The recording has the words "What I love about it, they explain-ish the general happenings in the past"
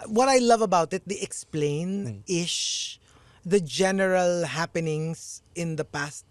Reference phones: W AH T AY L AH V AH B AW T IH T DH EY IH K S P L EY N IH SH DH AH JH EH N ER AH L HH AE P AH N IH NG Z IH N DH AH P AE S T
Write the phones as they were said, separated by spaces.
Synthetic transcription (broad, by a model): W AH T AY L AH V AH B AW T IH T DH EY IH K S P L EY N IH SH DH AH JH EH N ER AH L HH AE P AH N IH NG S IH N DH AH P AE S T